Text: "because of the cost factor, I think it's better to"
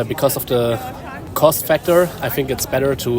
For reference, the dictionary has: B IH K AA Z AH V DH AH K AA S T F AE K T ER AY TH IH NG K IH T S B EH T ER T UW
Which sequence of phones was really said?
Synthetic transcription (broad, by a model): B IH K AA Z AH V DH AH K AA S T F AE K T ER AY TH IH NG K IH T S B EH T ER T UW